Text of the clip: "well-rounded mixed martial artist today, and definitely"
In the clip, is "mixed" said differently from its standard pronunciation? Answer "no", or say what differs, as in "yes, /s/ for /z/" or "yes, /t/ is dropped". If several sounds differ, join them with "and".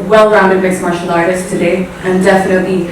yes, /k/ is dropped